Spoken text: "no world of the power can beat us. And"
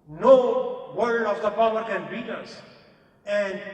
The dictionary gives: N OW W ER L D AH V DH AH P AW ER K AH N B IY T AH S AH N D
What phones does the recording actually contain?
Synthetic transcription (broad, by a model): N OW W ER D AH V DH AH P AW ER K AH N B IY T AH S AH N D